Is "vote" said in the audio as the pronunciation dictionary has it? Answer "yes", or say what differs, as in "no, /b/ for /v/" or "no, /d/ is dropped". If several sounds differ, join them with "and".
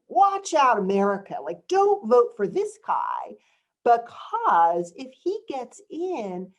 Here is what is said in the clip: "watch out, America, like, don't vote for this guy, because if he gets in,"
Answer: yes